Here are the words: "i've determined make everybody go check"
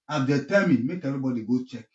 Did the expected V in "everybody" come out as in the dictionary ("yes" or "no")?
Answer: no